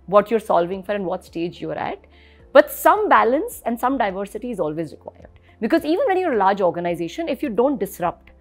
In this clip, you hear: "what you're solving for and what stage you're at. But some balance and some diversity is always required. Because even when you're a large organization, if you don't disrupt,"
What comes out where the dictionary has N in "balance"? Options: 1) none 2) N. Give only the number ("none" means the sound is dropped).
2